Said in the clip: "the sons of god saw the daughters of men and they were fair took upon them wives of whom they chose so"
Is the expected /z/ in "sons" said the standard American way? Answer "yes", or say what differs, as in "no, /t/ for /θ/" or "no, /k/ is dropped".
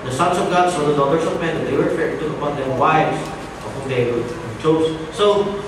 no, /s/ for /z/